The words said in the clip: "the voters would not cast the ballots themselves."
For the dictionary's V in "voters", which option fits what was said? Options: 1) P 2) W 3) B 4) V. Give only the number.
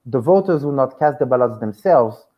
4